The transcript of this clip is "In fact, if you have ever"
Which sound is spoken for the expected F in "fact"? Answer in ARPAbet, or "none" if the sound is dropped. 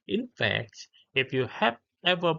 F